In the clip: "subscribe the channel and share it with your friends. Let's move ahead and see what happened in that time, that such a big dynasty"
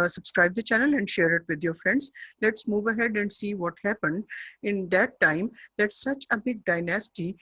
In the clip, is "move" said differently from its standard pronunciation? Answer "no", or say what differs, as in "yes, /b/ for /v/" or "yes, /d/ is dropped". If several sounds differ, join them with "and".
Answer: no